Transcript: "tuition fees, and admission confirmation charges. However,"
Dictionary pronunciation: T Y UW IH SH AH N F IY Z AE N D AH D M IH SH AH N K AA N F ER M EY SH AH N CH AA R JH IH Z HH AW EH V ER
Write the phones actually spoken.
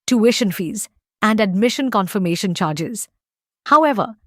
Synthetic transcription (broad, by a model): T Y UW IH SH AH N F IY Z AE N D AH D M IH SH AH N K AA N F ER M EY SH AH N CH AA R JH IH Z HH AW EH V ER